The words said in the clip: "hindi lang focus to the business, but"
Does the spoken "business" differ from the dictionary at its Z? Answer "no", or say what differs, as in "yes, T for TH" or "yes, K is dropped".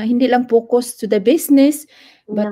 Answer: yes, S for Z